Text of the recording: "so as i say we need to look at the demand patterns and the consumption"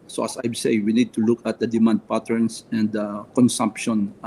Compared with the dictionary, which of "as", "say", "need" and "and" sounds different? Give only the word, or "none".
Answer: as